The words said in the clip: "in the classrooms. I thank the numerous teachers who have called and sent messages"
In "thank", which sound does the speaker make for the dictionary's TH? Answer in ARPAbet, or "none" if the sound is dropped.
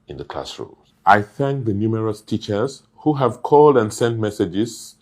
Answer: TH